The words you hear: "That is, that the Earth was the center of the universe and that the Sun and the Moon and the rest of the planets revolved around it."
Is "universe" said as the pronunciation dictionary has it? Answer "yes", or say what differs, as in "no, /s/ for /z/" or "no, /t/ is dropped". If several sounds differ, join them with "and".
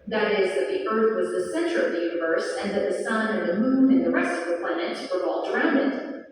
yes